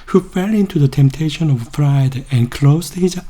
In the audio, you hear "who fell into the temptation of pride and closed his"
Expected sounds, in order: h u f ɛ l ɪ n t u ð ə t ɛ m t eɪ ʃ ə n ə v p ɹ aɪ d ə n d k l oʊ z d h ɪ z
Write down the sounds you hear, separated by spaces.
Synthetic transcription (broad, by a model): h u f ɛ l ɪ n t u ð ə t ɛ m t eɪ ʃ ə n ə v f ɹ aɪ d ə n k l oʊ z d h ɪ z